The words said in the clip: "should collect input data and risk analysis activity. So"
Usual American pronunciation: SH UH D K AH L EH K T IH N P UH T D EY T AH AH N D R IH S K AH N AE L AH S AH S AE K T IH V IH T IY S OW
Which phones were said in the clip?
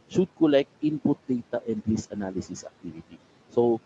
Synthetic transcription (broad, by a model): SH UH D K AH L EH K T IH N P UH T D EY T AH AH N D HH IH S AH N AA L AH S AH S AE K T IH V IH T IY S OW